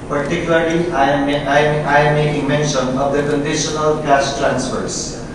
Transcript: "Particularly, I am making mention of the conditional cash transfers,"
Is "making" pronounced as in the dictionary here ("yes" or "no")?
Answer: no